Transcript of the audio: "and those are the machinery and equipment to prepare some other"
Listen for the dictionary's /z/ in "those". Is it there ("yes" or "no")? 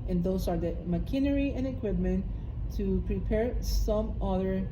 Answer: no